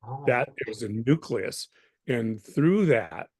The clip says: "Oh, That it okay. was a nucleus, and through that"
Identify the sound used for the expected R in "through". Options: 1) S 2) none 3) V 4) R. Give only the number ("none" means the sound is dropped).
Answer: 4